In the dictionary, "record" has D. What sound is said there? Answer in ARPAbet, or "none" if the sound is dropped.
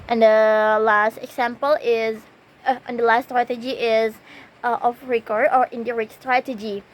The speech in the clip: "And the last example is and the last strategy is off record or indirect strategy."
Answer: none